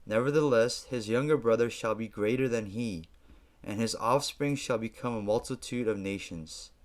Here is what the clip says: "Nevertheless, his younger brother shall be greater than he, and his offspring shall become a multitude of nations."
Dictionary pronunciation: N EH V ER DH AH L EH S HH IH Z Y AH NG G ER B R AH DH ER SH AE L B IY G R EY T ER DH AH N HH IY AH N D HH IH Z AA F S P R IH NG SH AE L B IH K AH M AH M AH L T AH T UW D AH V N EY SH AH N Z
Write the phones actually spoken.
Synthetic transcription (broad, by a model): N EH V ER DH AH L EH S HH IH Z Y AH NG G ER B R AH DH ER SH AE L B IY G R EY T ER DH AH N IY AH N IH Z AA F S P R IH NG SH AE L B IH K AH M AH M AH L T AH T UW D AH V N EY SH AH N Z